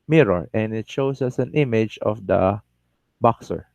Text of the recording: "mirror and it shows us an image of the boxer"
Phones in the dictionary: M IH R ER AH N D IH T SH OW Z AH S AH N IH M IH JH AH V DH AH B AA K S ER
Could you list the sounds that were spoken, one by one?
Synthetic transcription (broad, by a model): M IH R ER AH N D IH T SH OW S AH S AH N IH M IH JH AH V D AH B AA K S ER